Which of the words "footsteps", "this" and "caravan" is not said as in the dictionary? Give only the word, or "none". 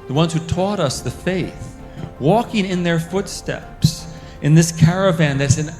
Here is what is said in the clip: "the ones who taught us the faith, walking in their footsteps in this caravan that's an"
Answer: none